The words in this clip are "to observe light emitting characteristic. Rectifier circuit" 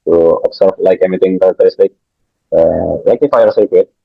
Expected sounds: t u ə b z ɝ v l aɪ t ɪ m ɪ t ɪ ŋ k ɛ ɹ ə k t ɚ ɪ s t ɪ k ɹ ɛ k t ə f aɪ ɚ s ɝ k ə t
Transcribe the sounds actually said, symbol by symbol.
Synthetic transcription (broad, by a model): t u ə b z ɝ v l aɪ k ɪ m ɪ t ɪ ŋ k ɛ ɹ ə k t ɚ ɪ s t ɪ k l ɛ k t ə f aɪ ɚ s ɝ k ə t